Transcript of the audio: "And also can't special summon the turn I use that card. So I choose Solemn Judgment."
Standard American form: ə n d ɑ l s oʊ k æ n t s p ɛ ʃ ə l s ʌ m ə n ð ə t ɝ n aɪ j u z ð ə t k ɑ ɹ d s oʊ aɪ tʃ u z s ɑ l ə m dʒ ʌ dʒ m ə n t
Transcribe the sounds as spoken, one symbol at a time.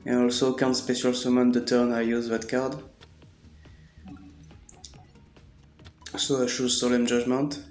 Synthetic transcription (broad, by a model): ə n ɑ l s oʊ k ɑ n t s p ɛ ʃ ə l s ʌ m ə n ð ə t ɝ n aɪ j u z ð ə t k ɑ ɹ d s oʊ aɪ ʃ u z s ɑ l ə m dʒ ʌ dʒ m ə n t